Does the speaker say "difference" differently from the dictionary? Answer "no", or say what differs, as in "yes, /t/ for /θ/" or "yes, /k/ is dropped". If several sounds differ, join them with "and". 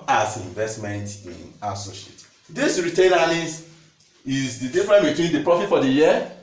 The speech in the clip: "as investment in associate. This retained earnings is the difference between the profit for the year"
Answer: yes, /s/ is dropped